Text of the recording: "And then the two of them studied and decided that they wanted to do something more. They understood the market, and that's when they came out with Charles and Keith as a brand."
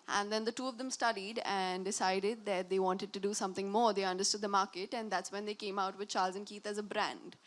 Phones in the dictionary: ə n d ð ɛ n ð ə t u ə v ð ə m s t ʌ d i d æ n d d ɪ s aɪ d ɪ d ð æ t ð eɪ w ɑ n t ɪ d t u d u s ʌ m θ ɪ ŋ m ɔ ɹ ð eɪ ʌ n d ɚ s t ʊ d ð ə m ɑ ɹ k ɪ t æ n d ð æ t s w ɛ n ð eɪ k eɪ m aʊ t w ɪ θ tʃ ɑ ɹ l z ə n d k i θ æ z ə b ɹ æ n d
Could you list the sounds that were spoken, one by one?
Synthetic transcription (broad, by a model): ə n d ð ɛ n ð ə t u ə v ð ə m s t ʌ d i d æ n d d ɪ s aɪ d ɪ d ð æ t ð eɪ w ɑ n t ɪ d t u d u s ʌ m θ ɪ ŋ m ɔ ɹ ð eɪ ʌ n d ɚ s t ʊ d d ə m ɑ ɹ k ɪ t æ n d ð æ t s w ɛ n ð eɪ k eɪ m aʊ t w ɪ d tʃ ɑ ɹ l z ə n k i t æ z ə b ɹ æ n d